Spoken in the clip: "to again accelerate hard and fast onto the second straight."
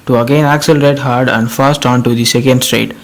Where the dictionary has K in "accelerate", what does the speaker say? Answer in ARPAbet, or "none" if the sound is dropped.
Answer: K